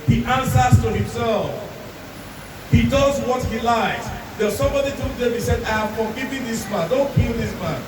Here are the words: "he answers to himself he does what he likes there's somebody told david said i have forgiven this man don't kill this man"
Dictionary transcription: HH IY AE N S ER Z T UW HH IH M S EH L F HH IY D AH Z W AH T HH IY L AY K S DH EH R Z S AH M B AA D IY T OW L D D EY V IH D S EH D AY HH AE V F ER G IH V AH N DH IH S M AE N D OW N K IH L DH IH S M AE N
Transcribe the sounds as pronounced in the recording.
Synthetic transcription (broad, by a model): HH IY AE N S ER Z T UW HH IH M S EH L F HH IY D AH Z W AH T HH IY L AY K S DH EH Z S AH M B AA D IY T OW D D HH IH S EH D AY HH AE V F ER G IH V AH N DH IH S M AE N D OW N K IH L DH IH S M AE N